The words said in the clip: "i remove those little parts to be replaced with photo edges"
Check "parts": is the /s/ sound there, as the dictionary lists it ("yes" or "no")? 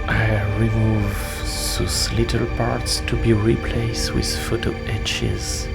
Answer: yes